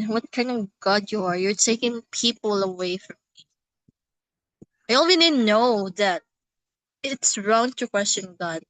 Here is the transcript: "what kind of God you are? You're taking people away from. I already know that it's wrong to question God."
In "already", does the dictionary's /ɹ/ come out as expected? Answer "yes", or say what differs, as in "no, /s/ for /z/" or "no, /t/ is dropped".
no, /w/ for /ɹ/